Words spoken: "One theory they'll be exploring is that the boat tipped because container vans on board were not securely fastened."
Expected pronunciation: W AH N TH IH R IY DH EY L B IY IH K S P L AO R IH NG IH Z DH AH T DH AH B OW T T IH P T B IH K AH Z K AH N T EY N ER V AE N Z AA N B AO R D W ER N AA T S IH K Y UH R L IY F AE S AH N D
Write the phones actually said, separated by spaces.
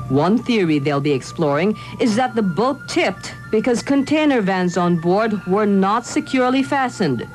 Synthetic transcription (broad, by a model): W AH N TH IH R IY DH EY L B IY IH K S P L AO R IH NG IH Z DH AH T DH AH B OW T T IH P T B IH K AH Z K AH N T EY N ER V AE N Z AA N B AO R D W ER N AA T S IH K Y UH R L IY F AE S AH N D